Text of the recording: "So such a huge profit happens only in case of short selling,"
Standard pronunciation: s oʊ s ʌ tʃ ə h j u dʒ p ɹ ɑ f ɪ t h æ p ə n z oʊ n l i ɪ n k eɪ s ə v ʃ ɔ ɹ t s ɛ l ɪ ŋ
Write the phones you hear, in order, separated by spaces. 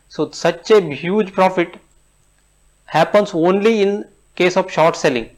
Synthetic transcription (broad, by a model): s oʊ s ʌ tʃ ə h j u dʒ p ɹ ɑ f ɪ t h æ p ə n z oʊ n l i ɪ n k eɪ s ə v ʃ ɔ ɹ t s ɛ l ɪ ŋ